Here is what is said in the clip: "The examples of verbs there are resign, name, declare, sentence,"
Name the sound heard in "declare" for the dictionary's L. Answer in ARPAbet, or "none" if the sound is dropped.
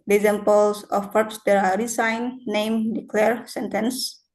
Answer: L